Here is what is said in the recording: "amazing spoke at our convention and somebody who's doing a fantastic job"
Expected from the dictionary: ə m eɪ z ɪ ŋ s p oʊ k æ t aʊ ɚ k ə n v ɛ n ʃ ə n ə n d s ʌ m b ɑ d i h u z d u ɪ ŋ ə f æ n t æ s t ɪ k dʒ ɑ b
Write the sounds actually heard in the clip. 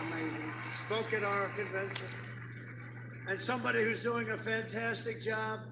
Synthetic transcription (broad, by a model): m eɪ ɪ s p oʊ k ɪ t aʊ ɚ k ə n v ɛ n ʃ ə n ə n s ʌ m b ɑ d i h u z d u ɪ ŋ ə f æ n t æ s t ɪ k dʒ ɑ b